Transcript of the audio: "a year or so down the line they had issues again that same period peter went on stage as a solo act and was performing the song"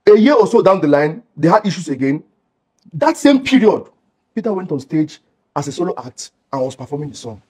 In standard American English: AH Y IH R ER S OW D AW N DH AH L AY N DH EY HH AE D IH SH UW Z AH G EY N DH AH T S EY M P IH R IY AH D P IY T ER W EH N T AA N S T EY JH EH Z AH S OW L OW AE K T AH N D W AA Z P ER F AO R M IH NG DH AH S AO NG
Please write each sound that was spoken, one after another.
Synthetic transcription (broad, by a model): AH Y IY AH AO S OW D AW N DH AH L AY N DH EY HH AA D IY SH UW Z AH G EY N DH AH T S EY M P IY R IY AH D P IY T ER W EH N T AA N S T EY JH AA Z AH S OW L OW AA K T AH N W AA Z P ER F AO M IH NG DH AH S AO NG